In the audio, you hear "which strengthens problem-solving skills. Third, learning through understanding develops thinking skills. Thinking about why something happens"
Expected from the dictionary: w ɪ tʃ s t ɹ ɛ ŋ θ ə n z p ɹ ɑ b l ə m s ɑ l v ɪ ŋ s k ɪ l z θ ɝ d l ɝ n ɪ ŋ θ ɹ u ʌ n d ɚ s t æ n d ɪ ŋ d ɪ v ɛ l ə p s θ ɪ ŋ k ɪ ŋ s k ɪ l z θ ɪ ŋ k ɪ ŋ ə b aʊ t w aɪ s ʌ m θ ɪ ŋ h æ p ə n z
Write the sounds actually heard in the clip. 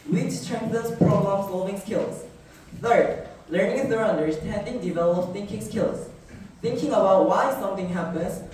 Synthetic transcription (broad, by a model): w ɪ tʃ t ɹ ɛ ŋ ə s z p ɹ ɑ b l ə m s ɑ l v ɪ ŋ s k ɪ l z θ ɝ d l ɝ n ɪ ŋ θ ɹ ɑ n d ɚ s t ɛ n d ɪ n d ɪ v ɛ l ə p θ ɪ ŋ k ɪ ŋ s k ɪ l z θ ɪ ŋ k ɪ ŋ ə b aʊ t w aɪ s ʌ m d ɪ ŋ h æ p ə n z